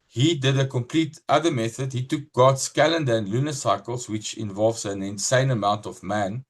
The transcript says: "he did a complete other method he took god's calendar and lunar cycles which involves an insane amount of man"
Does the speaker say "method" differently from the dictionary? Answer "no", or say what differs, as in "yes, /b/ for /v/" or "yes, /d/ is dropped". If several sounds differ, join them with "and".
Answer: no